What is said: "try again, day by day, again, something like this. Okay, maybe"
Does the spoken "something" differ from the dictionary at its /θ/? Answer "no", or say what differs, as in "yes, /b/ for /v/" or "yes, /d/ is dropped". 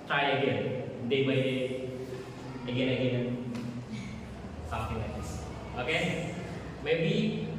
yes, /t/ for /θ/